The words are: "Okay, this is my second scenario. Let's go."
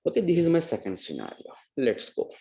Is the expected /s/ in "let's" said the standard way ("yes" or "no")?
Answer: yes